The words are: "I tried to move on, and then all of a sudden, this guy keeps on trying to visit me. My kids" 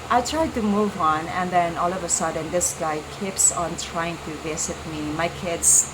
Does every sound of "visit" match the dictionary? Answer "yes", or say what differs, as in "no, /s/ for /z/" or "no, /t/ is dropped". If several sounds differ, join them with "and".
no, /s/ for /z/